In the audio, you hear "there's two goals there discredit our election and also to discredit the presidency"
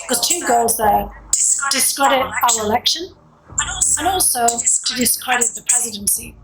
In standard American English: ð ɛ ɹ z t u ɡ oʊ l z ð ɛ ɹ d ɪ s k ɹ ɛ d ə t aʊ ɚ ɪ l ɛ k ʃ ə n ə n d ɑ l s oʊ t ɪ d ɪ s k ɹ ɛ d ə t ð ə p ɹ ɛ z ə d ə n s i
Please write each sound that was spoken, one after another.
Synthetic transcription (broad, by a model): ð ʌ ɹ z t u ɡ oʊ l z ð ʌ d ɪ s k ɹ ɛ d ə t aʊ ɚ ɪ l ɛ k ʃ ə n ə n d ɑ l s oʊ t ɪ d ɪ s k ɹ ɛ d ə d ð ə p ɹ ɛ z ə d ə n s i